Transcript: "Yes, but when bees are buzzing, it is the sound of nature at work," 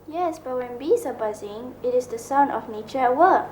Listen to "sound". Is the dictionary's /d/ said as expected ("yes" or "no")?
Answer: no